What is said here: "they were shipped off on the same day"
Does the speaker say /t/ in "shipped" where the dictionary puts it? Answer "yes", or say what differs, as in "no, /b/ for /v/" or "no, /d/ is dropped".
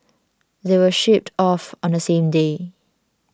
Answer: yes